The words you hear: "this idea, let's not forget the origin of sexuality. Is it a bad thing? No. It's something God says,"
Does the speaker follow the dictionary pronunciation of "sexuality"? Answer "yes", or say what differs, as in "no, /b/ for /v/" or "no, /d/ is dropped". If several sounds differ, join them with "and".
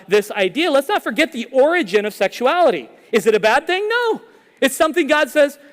yes